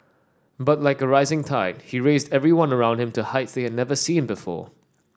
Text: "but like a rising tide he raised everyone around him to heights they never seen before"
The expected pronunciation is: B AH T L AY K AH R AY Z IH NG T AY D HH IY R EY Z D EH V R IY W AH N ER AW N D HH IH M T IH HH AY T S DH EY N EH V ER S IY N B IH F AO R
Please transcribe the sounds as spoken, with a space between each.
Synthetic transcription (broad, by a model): B AH T L AY K AH R AY Z IH NG T AY D HH IY R EY Z D EH V R IY W AH N ER AW N D HH IH M T IH HH AY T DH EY N EH V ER S IY N B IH F AO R